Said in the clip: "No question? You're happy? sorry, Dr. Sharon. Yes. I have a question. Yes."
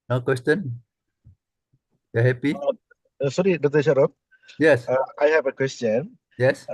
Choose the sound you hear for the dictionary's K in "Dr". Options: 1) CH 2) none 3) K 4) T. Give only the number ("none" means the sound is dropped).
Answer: 2